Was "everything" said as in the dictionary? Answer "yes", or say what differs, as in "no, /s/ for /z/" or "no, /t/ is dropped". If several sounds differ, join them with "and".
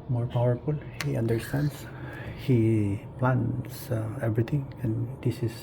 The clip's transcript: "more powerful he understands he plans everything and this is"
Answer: no, /t/ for /θ/